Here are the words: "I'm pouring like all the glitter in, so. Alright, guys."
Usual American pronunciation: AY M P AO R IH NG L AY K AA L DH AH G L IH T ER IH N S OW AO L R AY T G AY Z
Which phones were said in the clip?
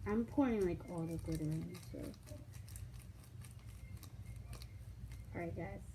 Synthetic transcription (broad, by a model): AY M P AO R IH NG L AY K AA L DH AH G UH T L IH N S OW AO R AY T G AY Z